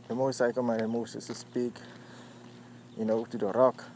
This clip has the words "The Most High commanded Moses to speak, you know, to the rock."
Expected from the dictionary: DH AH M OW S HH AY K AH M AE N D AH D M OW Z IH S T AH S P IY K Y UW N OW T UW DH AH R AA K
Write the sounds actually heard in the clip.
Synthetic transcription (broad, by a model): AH M OW S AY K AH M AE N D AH M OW S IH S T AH S P IY K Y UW N OW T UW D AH R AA K